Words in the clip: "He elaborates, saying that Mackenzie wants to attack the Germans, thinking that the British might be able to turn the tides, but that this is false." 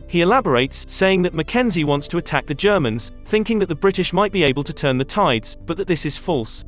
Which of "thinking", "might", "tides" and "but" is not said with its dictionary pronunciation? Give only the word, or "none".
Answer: none